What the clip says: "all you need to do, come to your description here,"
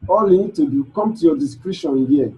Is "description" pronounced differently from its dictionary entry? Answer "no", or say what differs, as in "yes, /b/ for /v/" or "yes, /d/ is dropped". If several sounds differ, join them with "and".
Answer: yes, /p/ is dropped